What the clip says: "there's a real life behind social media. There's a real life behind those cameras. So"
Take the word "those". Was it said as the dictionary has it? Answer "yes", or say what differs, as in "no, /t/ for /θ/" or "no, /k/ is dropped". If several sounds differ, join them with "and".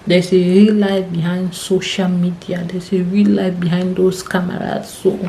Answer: no, /s/ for /z/